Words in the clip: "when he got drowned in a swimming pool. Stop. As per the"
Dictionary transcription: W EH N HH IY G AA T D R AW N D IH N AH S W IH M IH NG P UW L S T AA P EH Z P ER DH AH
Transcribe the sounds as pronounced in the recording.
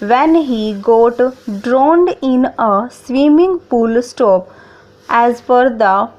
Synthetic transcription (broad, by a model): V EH N HH IY G AA T D R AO N D IH N AH S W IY M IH NG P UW L S T AA P EH Z F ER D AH